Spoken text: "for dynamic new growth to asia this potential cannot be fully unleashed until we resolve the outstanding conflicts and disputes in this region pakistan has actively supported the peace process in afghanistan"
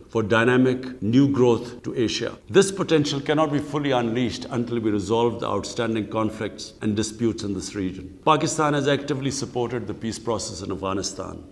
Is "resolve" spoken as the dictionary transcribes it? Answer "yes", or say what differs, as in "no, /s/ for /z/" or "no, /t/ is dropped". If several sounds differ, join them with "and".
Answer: yes